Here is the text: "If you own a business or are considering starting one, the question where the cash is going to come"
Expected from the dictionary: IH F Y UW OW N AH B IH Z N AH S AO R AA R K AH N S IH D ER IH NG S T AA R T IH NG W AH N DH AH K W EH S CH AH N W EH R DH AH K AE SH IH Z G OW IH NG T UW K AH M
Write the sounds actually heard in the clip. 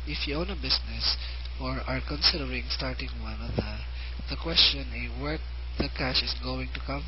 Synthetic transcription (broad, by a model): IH F Y UW OW N AH B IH S N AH S AO R AA R K AH N S IH D ER IH NG S T AA R T IH NG W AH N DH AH K W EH S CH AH N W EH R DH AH K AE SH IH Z G OW IH NG T UW K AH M